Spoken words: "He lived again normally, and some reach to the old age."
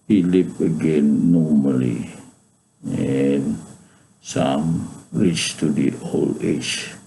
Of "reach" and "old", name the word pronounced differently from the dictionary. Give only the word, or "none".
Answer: old